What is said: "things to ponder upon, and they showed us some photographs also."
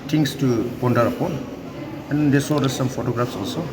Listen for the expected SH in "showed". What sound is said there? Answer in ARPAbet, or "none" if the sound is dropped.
S